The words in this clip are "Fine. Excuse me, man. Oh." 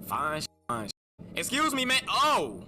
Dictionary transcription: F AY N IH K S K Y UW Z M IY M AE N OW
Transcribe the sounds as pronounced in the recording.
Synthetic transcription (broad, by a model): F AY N IH K S K Y UW Z M IY M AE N OW